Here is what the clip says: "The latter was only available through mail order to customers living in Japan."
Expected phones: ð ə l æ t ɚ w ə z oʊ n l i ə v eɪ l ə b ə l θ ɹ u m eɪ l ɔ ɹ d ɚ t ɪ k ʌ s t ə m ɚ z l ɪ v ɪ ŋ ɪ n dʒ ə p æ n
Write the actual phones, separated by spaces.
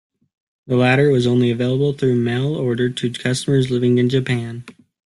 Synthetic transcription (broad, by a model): ð ə l æ t ɚ w ə z oʊ n l i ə v eɪ l ə b l θ ɹ u m eɪ l ɔ ɹ d ɚ t ɪ k ʌ s t ə m ɚ z l ɪ v ɪ ŋ ɪ n dʒ ə p æ n